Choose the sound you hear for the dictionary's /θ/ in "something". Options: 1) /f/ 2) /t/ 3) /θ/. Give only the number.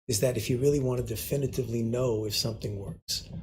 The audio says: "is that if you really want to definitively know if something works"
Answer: 3